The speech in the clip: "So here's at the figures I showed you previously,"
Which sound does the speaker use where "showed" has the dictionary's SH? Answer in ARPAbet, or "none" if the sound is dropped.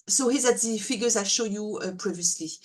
SH